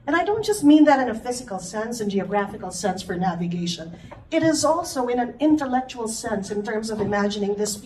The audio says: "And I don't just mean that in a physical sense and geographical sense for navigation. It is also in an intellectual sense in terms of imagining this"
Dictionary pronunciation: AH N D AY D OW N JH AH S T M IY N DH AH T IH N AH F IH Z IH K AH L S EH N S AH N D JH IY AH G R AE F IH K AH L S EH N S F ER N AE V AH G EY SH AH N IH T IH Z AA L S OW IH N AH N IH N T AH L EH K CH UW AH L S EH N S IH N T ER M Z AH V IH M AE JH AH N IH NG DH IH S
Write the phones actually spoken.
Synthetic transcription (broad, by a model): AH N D AY D OW N JH AH S T M IY N DH AH T IH N AH F IH Z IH K L S EH N S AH N JH IY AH G R AE F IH K L S EH N S F ER N AE V AH G EY SH AH N IH T IH Z AA L S OW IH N AH N IH N T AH L EH K CH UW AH L S EH N S IH N T ER M Z AH V IH M AE JH AH N IH NG DH IH S